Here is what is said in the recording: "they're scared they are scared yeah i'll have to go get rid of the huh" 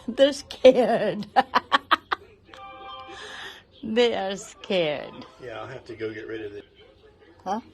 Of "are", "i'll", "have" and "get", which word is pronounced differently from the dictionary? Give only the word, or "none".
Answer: have